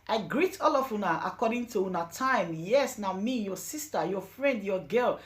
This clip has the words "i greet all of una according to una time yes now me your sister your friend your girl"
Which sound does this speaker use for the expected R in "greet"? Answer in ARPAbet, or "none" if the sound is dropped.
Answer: R